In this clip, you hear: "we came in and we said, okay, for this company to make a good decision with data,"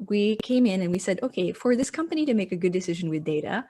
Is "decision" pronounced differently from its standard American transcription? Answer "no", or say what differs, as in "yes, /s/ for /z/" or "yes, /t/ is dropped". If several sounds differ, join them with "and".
no